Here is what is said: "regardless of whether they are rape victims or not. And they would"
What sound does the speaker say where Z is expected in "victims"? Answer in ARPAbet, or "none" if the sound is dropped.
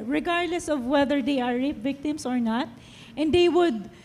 S